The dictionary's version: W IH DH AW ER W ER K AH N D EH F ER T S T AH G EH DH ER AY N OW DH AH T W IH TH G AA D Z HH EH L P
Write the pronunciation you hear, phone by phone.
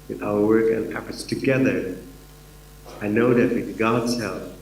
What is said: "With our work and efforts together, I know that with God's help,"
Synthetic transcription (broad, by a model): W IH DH AW ER W ER K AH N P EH P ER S T AH G EH DH ER AY N OW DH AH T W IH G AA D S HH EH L